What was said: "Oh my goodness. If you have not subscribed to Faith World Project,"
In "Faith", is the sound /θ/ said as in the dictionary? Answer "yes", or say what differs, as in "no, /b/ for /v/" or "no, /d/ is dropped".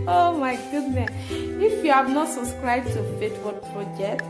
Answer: no, /t/ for /θ/